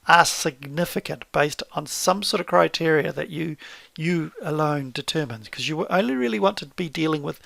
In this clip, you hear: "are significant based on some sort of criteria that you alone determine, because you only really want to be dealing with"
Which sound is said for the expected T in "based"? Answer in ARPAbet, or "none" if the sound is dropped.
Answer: T